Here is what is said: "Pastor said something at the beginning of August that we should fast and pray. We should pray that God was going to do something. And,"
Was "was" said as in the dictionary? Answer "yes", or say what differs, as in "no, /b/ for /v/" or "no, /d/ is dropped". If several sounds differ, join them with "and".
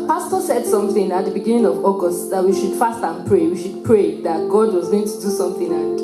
yes